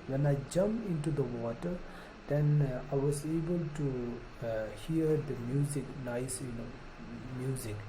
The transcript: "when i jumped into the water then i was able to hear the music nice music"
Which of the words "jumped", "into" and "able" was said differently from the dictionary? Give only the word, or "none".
jumped